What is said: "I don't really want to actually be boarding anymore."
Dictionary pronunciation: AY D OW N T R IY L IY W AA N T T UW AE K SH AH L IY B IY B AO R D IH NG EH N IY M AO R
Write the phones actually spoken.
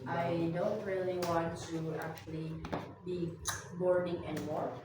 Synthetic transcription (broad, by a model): AY D OW N T R IY L IY W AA N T T UW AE K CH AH L IY B IY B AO R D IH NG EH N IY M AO R